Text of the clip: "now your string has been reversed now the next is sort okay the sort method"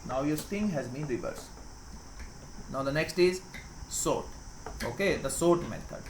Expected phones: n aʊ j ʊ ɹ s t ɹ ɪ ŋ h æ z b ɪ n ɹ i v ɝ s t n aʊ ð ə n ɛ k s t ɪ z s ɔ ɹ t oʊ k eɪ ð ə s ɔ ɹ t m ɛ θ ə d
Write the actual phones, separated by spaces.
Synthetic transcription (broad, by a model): n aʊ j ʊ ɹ s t ɪ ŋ h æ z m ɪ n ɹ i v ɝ s n aʊ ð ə n ɛ k s t ɪ z s ɔ ɹ t oʊ k eɪ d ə s ɔ ɹ t m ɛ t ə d